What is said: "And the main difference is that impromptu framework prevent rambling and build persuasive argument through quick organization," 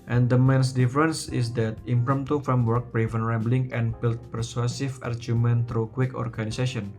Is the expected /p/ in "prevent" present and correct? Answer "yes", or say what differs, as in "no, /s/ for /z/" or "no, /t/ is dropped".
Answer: no, /b/ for /p/